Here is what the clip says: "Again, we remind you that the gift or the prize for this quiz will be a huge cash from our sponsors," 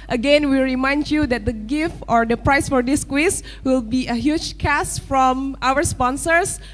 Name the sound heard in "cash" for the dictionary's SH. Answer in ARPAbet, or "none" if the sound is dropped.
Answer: S